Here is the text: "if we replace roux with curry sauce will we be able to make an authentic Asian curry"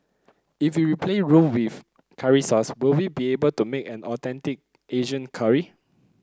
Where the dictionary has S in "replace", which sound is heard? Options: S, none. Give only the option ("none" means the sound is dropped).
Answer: none